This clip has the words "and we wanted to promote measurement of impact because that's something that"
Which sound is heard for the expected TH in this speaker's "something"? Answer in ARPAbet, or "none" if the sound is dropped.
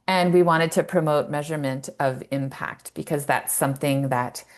TH